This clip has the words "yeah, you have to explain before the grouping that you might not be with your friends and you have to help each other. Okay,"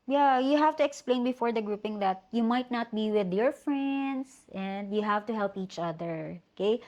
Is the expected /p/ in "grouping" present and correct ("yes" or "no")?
yes